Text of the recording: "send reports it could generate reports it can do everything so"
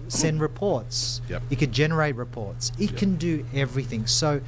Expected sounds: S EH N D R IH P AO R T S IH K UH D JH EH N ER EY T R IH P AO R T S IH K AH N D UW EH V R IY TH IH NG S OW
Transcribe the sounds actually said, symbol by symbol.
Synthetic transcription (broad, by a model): S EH N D R IH P AO R T S IH K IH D JH EH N ER EY T R IH P AO R T S IH K AH N D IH EH V R IY TH IH NG S OW